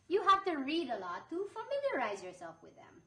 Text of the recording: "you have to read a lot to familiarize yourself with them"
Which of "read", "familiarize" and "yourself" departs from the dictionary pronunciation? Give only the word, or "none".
none